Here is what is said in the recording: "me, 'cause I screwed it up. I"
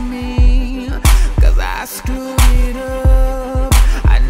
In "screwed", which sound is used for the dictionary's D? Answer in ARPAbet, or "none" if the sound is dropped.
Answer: none